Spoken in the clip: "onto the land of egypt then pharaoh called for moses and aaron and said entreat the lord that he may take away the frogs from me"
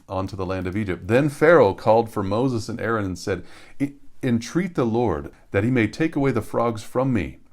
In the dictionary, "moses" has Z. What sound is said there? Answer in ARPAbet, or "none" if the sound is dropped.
Z